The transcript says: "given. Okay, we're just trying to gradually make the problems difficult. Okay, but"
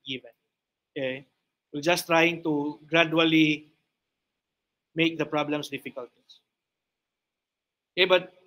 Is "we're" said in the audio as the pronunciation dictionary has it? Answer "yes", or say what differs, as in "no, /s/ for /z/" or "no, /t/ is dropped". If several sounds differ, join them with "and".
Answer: no, /l/ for /ɹ/